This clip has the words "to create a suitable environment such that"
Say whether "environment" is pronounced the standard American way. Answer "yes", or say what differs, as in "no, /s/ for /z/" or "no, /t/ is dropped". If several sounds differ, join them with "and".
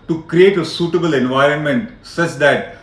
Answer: yes